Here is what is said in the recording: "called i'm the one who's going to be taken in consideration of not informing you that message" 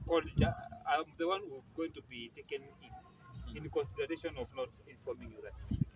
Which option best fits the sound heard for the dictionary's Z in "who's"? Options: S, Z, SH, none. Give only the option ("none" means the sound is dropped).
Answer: none